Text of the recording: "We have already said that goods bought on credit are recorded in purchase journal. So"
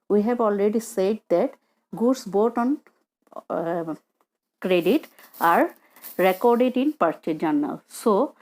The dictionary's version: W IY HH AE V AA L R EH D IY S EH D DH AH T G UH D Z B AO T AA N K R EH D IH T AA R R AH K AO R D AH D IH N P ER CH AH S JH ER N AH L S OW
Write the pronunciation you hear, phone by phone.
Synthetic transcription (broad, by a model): W IY HH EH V AA L R EH D IY S EH D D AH T G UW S B AO T AA N K R EH D IH T AA R R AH K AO R D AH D IH N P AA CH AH JH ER N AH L S OW